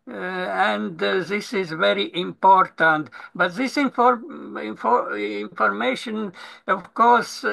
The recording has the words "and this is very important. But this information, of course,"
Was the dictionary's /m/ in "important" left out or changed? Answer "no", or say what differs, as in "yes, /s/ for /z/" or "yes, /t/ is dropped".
no